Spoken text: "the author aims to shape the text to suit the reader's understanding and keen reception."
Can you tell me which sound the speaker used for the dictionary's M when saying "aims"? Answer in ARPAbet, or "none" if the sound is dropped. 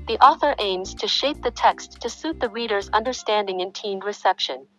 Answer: M